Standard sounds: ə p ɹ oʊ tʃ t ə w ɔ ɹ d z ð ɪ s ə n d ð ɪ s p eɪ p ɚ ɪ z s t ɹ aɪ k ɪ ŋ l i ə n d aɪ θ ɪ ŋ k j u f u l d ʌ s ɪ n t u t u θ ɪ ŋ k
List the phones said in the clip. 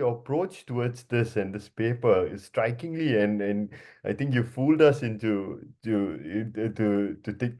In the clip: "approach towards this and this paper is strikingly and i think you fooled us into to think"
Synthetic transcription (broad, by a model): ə p ɹ oʊ tʃ t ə w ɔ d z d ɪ s ə n d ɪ s p eɪ p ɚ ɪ s t ɹ aɪ k ɪ ŋ l i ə n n aɪ t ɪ ŋ k j u f u l d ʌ s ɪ n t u t u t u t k